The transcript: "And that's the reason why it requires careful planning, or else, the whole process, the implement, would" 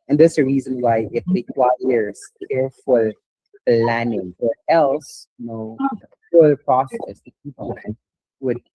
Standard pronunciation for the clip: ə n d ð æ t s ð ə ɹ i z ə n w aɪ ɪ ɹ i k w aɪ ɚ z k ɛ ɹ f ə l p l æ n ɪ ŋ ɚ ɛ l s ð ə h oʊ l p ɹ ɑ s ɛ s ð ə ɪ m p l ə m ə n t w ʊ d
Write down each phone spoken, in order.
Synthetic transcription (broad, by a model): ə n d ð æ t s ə ɹ i z ə n w aɪ ɪ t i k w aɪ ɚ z k ɛ ɹ f ə l p l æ n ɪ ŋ ɚ ɛ l s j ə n oʊ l p ɹ ɑ s ɛ s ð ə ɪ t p ə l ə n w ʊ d